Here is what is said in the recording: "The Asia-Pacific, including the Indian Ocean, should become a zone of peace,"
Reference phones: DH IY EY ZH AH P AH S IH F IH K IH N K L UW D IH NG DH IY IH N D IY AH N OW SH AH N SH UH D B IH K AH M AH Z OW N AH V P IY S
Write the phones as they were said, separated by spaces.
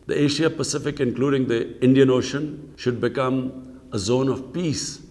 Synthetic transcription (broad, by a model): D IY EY SH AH P AH S IH F IH K IH N K L UW D IH NG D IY IH N D IY AH N OW SH AH N SH UH D B IH K AH M AH Z OW N AH V P IY S